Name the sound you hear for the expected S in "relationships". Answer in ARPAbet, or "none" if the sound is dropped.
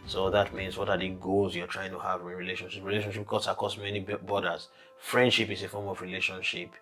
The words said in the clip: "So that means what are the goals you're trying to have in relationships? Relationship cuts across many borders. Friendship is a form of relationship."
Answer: none